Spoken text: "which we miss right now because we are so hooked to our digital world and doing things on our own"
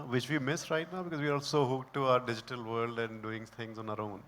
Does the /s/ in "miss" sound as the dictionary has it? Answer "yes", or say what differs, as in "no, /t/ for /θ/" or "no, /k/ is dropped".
yes